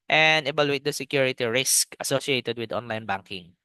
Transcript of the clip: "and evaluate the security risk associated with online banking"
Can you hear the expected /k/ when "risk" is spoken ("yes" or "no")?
yes